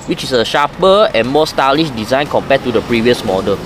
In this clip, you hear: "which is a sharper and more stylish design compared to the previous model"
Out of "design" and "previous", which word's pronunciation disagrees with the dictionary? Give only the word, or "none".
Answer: none